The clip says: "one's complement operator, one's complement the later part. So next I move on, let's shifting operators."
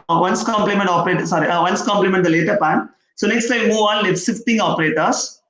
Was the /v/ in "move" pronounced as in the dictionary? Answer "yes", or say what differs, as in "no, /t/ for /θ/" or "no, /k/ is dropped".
yes